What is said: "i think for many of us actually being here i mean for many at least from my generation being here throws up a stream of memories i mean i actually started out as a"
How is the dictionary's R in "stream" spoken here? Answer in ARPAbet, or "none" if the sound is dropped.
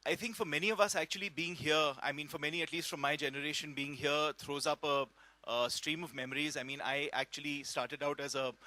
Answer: R